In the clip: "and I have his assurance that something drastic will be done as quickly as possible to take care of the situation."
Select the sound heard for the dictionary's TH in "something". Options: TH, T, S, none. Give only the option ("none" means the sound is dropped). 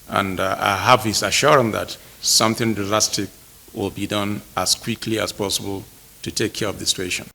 TH